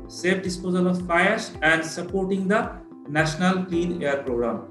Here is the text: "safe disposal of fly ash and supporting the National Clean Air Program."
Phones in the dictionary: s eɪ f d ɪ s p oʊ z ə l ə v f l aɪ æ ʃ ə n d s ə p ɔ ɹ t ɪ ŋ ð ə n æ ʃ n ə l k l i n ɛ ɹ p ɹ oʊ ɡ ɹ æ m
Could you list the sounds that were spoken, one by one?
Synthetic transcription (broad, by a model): s eɪ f d ɪ s p oʊ z ə l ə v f aɪ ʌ s ə n d s ə p ɔ ɹ t ɪ ŋ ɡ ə n æ ʃ n ə l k l i n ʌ ɹ p ɹ oʊ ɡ ɹ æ m